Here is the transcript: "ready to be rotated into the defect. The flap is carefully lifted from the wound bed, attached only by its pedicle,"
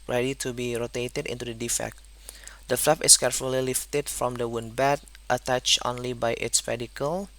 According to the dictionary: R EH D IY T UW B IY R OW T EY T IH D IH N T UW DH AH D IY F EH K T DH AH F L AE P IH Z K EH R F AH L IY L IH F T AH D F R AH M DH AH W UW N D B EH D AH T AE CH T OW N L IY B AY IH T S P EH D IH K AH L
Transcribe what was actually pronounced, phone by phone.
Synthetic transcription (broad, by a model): R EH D IY T UW B IY R OW T EY T IH D IH N T UW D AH D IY F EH K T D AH F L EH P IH S K EH R F AH L IY L IH F T AH D F R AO M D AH W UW N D B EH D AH T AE CH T OW N L IY B AY IH T S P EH D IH K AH L